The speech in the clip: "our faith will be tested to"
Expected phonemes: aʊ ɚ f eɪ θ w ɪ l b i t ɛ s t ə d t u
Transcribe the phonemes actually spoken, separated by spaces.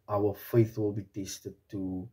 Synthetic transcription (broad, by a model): aʊ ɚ f eɪ θ w ɪ l b i t ɛ s t ə d t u